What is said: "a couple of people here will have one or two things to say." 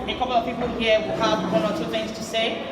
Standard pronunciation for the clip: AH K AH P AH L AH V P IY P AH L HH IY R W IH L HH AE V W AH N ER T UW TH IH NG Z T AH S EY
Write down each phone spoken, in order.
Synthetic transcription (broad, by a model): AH K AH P L AH V P IY P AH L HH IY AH W IH L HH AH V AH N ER T UW TH IH NG Z T AH S EY